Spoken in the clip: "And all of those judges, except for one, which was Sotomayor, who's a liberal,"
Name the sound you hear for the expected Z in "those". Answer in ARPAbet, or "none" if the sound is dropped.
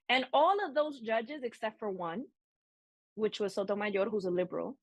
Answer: Z